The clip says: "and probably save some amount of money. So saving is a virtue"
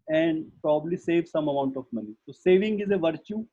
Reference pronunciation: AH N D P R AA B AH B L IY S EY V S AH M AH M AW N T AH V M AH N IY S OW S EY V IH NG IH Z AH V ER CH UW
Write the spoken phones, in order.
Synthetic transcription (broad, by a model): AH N D P R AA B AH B L IY S EY V S AH M AH M AW N T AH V M AH N IY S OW S EY V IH NG IH Z AH V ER CH UW